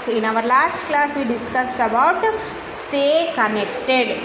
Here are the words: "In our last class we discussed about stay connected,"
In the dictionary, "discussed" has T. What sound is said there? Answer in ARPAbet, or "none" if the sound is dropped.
T